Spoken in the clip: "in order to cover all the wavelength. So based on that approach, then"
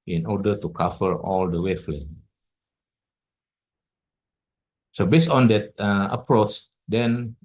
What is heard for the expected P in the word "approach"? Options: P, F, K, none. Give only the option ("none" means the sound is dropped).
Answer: P